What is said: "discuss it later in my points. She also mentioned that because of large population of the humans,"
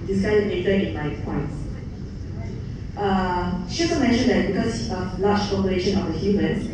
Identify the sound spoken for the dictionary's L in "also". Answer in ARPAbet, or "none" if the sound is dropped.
none